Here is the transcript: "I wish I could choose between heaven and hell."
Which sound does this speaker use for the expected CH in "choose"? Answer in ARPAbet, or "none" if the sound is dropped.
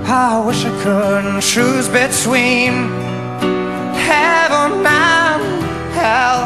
SH